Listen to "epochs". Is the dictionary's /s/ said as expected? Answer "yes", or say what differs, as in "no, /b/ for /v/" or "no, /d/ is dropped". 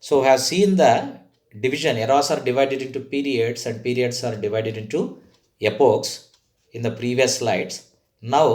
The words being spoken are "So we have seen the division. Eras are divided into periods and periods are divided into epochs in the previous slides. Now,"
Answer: yes